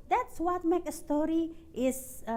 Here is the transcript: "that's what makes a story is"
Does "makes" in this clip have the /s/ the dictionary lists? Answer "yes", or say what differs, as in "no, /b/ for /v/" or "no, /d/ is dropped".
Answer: no, /s/ is dropped